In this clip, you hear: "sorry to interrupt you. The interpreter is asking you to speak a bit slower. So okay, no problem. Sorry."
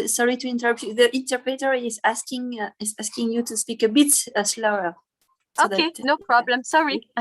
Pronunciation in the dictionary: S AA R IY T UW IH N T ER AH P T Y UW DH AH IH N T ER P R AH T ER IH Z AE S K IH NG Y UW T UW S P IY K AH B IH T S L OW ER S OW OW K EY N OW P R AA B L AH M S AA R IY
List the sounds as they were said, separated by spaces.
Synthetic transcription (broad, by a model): S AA R IY T UW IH N T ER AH P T Y UW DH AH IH N T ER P R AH T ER IH Z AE S K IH NG Y UW T UW S P IY K AH B IH T S L OW ER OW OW EY N OW P R AA B L AH M S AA R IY